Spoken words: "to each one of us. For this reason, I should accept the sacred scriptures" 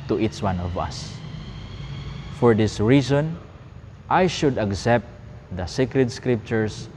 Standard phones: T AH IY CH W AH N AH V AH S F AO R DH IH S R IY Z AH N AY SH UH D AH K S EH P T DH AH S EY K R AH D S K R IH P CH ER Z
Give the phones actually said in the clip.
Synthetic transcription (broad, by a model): T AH IY CH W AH N AH V AH S F AO R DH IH S R IY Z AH N AY SH UH D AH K S EH P T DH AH S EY K R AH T S K R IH P CH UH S